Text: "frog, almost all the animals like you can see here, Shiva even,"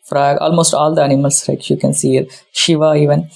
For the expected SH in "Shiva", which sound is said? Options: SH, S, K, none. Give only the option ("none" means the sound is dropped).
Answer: SH